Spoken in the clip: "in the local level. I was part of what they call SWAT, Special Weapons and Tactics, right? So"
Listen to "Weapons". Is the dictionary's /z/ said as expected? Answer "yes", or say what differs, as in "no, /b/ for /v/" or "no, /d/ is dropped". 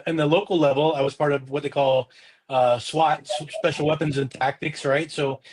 yes